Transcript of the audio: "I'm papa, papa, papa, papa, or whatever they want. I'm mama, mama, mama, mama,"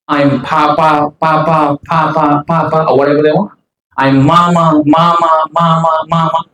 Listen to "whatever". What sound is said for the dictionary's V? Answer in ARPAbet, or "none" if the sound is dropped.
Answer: B